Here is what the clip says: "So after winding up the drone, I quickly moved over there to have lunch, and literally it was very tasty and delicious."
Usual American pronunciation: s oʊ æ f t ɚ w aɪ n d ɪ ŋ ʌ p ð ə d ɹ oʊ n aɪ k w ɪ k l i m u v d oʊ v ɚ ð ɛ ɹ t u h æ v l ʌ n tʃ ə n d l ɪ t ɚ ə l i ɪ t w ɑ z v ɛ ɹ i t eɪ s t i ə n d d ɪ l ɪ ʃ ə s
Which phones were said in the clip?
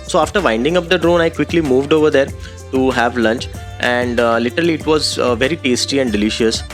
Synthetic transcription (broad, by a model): s oʊ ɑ f t ɚ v aɪ n d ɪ ŋ ʌ p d ə d ɹ oʊ n aɪ k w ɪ k l i m u v d oʊ v ɚ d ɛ ɹ t u h æ v l ʌ n tʃ ə n d l ɪ t ɚ ə l i ɪ t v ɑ z v ɛ ɹ i t eɪ s t i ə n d d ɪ l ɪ ʃ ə s